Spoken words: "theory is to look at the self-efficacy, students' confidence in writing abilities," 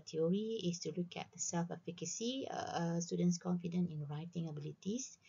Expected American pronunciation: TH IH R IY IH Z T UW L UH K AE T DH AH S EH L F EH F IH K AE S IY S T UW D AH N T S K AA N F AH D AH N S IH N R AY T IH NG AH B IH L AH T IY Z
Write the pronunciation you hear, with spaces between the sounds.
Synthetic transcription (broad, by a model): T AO R IY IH S T UW L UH K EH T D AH S EH L F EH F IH K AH S IY S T UW D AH N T S K AA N F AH D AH N IH N R AY T IH NG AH B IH L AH T IY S